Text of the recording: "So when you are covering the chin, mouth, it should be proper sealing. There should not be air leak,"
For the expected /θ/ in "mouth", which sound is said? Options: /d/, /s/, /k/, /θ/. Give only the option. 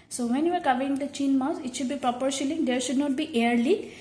/s/